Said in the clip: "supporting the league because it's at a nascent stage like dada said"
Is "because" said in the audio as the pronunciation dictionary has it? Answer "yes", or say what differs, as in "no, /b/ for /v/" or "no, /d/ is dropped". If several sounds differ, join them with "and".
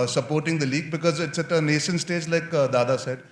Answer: yes